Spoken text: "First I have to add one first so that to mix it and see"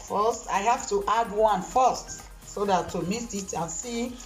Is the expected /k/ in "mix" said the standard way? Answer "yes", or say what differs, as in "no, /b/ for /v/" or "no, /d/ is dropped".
no, /k/ is dropped